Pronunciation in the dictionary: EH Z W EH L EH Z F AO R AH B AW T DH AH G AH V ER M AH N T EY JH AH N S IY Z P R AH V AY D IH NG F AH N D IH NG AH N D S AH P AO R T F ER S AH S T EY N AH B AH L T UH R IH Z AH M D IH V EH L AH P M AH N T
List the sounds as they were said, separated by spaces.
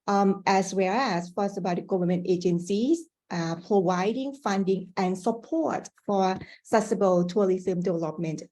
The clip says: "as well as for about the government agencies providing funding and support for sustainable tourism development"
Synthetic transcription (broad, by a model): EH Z W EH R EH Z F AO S AH B AW T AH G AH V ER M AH N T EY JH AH N S IY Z P R AH V AY D IH NG F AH N D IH NG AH N S AH P AO R T F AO S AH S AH B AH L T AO L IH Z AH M D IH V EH L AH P M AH N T